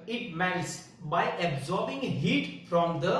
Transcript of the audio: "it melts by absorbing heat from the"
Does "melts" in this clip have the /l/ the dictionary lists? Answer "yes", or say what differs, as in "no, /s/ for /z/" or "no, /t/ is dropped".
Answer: no, /n/ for /l/